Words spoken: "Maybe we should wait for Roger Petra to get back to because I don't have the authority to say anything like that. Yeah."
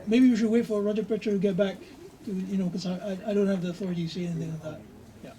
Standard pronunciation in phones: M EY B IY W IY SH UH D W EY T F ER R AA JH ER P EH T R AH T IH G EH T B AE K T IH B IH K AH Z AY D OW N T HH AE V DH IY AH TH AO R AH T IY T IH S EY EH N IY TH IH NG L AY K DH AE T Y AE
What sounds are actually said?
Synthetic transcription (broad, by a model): M EY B IY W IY SH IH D W EY T F ER R AA JH ER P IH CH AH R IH G EH T B AE K T IH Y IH K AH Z AY D OW N T HH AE V DH IY AH TH AO R AH T IY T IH S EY EH N IY TH IH NG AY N DH AE T Y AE